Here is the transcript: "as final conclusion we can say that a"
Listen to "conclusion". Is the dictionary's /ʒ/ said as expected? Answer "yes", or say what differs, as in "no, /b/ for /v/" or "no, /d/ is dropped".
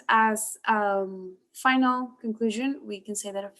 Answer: yes